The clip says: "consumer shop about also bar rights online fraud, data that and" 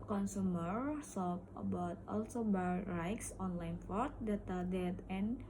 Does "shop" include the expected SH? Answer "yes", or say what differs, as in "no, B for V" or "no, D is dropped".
no, S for SH